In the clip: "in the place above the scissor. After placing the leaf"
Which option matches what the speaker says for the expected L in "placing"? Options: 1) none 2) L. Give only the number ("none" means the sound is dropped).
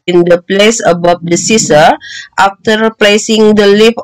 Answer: 2